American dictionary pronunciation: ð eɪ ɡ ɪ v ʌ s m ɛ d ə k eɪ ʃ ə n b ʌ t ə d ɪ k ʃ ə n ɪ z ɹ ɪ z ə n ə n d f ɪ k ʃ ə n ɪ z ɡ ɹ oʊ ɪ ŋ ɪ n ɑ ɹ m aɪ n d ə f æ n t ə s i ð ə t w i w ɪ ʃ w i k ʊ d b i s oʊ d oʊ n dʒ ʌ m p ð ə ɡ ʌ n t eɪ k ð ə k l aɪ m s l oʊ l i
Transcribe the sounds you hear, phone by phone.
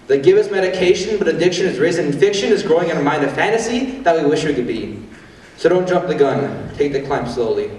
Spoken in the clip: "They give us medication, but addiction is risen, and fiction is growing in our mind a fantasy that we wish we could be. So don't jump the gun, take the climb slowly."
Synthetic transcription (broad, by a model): ð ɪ ɡ ɪ v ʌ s m ɛ d ə k eɪ ʃ ə n b ʌ t ə d ɪ k ʃ ə n ɪ z ɹ ɪ z ə n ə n f ɪ k ʃ ə n ɪ z ɡ ɹ oʊ ɪ ŋ ɪ n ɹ m aɪ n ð ə f æ n t ə s i ð ə t w i w ɪ ʃ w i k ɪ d b i s oʊ d oʊ n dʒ ʌ m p ð ə ɡ ʌ n t eɪ k ð ə k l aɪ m s l oʊ l i